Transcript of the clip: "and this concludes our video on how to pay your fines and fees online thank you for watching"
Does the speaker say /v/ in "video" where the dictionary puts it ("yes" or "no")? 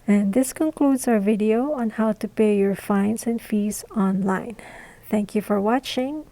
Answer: yes